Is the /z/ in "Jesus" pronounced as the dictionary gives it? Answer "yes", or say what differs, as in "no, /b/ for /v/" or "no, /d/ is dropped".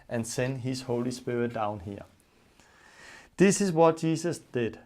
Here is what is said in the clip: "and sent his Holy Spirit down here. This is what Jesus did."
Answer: no, /s/ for /z/